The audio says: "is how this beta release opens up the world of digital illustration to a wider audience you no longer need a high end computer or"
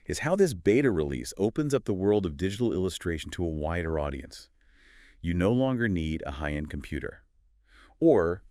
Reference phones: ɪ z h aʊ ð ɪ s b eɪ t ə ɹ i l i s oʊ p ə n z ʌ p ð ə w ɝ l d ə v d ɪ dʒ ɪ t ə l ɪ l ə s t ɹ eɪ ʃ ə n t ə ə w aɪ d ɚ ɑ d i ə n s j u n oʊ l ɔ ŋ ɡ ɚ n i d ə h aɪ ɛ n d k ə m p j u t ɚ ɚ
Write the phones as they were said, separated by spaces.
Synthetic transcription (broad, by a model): ɪ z h aʊ ð ɪ s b eɪ t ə ɹ i l i s oʊ p ə n z ʌ p ð ə w ɝ l d ə v d ɪ dʒ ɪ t l ɪ l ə s t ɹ eɪ ʃ n t ə ə w aɪ d ɚ ɑ d i ə n s j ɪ n oʊ l ɔ ŋ ɡ ɚ n i d ə h aɪ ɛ n k m p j u t ɚ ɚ